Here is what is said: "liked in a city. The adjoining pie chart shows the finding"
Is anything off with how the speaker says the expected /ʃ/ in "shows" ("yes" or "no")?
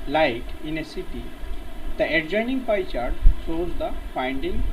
yes